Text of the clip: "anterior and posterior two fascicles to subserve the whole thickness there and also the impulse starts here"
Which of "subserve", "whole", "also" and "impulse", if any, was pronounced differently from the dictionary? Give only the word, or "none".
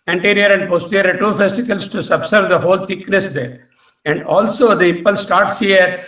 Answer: impulse